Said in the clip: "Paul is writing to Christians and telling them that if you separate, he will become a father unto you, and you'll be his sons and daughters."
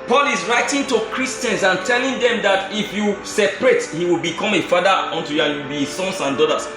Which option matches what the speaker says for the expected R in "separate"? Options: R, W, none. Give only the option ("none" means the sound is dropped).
R